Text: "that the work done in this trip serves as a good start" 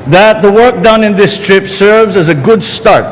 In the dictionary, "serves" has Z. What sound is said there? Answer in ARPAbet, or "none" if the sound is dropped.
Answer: Z